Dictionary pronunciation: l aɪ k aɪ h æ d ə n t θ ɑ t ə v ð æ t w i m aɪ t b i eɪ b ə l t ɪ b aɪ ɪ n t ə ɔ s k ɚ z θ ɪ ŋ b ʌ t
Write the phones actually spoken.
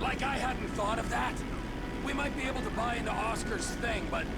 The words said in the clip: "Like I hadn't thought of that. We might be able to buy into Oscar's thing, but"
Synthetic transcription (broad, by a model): l aɪ k aɪ h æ d n t θ ɑ t ə v ð æ t w i m aɪ t b i eɪ b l t ɪ b aɪ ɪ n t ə ɔ s k ɚ z θ ɪ ŋ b ʌ t